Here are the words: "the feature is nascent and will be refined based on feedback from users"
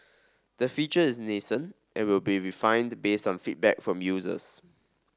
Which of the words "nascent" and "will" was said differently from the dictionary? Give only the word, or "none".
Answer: none